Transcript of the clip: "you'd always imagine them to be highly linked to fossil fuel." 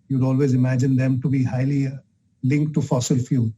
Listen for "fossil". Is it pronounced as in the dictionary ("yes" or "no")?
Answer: yes